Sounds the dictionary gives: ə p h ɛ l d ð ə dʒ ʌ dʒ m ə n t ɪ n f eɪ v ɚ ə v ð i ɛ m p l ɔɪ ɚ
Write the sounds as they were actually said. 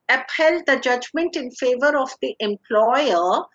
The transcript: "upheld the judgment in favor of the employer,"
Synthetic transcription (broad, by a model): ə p h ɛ l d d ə dʒ ʌ dʒ m ə n t ɪ n f eɪ v ɚ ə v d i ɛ m p l ɔɪ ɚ